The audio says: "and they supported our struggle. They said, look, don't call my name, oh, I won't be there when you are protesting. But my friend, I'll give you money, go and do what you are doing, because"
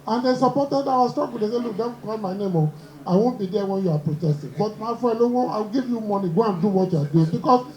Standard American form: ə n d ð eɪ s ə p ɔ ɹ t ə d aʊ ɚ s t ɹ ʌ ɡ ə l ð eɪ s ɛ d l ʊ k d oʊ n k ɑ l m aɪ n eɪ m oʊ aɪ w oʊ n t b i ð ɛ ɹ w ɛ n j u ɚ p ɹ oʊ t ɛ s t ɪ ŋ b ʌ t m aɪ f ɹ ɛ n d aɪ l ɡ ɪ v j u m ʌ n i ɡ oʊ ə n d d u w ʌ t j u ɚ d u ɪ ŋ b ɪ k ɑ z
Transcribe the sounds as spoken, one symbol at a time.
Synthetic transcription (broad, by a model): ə n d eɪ s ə p ɔ t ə d aʊ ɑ s t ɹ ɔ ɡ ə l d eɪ s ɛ l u k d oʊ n k ɑ l m aɪ n eɪ m oʊ aɪ w oʊ n t b i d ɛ w ɛ n j u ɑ p ɹ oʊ t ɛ s t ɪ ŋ b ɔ t m aɪ f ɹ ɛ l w aɪ w ɡ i v j u m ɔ n i ɡ oʊ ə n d d u w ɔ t j u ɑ d u ɪ ŋ b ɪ k ɑ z